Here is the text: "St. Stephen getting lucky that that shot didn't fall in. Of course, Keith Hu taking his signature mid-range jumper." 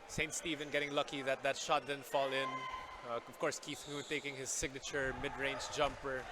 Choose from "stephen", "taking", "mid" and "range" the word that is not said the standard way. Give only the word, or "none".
none